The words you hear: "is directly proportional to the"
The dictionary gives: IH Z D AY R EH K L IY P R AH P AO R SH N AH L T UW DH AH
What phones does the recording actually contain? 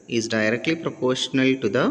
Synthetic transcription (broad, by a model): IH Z D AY R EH K L IY P R AH P AO R SH N AH L T UW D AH